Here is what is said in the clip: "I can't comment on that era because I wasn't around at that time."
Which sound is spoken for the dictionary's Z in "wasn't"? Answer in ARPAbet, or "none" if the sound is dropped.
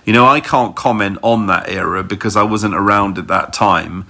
Z